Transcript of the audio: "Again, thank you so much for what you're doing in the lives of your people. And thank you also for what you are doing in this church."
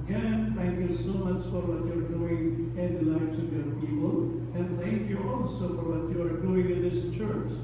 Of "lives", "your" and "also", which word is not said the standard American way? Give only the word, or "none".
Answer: lives